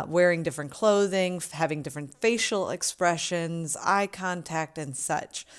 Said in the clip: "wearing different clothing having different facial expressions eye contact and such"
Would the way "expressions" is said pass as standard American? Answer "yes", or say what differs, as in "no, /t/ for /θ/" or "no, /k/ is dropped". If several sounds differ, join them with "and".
yes